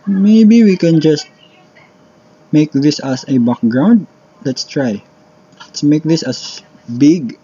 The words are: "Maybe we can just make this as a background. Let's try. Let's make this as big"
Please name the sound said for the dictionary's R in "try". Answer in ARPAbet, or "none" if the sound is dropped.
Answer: R